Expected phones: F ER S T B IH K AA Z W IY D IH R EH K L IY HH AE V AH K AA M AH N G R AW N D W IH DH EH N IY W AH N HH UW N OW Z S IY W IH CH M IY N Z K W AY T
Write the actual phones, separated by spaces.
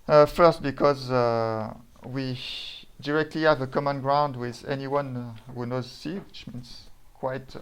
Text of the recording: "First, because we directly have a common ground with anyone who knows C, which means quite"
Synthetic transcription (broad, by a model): F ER S T B IH K AA Z W IY D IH R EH K L IY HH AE V AH K AA M AH N G R AW N D W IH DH EH N IY W AH N HH UW N OW Z S IY W IH CH M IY N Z K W AY T